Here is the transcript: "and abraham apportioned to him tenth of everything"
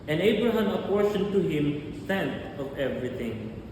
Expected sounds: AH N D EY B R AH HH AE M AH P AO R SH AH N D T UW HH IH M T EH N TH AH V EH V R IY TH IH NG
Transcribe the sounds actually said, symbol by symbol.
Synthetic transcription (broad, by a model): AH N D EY B R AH HH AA M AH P AO R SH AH N T UW HH IH M S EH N T AH V EH V R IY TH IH NG